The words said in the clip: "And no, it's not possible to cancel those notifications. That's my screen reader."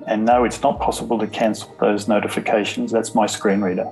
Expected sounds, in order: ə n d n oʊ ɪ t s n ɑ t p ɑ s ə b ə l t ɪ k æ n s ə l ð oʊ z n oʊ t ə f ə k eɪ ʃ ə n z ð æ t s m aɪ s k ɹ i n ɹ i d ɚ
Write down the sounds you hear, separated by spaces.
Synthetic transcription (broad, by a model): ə n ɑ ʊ ɪ t s n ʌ t p ɑ s ə b ə l t ɪ k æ n s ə l ð oʊ z n oʊ t ə f ə k eɪ ʃ ə n z ð æ t s m aɪ s k ɹ i n ɹ i d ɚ